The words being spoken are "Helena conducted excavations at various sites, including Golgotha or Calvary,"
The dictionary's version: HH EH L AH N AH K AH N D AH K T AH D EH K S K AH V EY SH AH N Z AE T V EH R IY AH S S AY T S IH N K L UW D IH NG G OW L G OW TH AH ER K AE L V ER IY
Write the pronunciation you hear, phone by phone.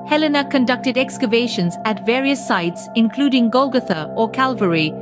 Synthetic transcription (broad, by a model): HH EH L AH N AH K AH N D AH K T AH D EH K S K AH V EY SH AH N Z AE T V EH R IY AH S S AY T S IH N K L UW D IH NG G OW L G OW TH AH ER K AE L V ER IY